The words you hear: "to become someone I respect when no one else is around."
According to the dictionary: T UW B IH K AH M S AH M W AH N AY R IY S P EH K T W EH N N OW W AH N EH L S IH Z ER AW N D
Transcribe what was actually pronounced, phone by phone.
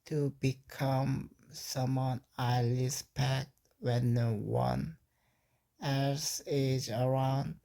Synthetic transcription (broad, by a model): T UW B IH K AH M S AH M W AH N AY L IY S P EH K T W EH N N OW W AH N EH S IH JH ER AW N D